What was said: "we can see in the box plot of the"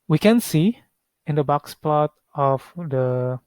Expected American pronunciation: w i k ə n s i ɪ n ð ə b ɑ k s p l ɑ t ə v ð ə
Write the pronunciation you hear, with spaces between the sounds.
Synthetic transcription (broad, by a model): w i k ə n s i ɪ n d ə b ɑ k s p l ɑ t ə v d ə